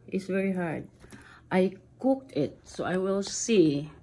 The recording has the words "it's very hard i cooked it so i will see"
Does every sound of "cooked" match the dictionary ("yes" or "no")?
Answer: yes